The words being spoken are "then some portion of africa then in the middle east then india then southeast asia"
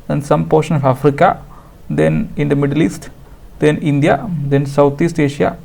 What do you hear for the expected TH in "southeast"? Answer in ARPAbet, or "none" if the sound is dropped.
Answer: T